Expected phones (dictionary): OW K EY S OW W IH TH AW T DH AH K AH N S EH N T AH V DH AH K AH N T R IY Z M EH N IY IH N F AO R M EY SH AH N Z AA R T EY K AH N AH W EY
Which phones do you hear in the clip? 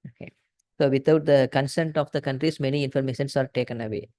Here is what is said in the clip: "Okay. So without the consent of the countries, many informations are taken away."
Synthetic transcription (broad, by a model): OW K EY S OW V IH T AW T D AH K AH N S EH N T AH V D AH K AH N T R IY S M EH N IY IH N F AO R M EY SH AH N S AA R T EY K AH N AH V EY